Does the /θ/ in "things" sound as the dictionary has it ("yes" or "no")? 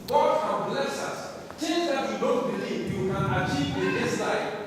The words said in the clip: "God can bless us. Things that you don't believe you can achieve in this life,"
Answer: no